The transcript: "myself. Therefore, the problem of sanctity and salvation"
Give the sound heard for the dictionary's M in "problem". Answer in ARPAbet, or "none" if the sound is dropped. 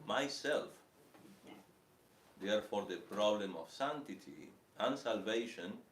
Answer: M